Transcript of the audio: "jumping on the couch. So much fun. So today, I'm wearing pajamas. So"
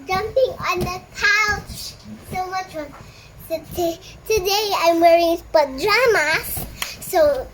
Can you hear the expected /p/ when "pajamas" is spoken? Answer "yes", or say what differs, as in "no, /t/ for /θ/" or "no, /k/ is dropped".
no, /b/ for /p/